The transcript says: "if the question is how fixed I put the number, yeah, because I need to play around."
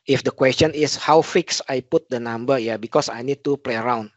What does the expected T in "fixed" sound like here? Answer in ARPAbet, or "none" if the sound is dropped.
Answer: none